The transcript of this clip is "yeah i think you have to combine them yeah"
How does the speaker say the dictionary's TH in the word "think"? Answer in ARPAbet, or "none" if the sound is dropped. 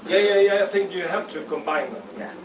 TH